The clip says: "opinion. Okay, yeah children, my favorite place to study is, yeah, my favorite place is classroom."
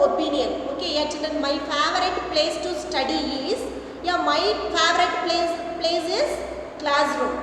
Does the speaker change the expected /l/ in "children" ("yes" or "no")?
yes